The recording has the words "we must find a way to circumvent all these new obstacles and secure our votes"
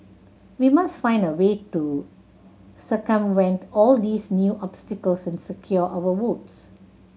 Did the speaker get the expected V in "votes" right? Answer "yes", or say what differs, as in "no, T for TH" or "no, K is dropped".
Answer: no, W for V